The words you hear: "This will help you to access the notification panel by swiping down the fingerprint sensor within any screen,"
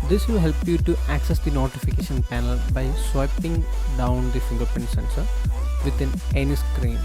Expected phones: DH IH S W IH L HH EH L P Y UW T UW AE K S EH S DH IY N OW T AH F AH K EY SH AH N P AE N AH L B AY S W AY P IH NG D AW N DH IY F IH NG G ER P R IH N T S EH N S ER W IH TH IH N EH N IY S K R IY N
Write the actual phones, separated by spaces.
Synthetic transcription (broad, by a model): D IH S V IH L HH EH L P Y UW T UW AE K S EH S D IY N OW T AH F AH K EY SH AH N P AE N AH L B AY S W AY P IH NG D AW N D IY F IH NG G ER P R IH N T S EH N S ER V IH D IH N EH N IY S K R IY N